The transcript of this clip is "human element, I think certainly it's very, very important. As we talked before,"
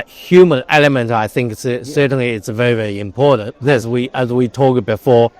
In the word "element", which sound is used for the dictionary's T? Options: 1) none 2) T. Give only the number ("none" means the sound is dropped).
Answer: 2